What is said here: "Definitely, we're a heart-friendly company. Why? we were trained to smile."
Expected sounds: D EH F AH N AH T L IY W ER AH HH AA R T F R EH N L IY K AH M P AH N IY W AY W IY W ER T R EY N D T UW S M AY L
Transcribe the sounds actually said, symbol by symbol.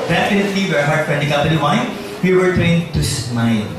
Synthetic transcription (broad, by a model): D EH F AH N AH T L IY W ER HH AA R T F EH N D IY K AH P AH L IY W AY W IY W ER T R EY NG T UW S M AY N